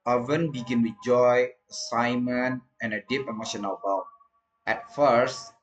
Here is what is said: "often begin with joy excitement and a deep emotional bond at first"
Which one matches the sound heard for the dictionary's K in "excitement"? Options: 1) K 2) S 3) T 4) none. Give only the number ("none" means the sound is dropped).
4